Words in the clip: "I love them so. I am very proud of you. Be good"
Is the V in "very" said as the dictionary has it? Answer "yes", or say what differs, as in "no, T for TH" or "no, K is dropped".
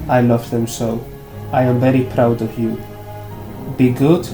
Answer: yes